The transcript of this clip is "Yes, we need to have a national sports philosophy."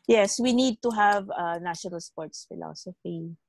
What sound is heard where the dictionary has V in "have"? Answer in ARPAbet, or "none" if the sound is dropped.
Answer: V